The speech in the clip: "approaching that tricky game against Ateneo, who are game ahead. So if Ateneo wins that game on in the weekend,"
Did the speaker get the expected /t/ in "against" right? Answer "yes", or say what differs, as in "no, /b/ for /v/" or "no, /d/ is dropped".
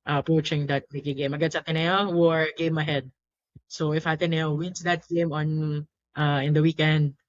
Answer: no, /t/ is dropped